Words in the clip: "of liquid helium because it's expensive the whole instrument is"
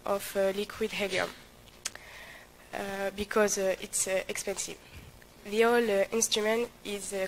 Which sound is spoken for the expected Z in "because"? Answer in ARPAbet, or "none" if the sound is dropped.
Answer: Z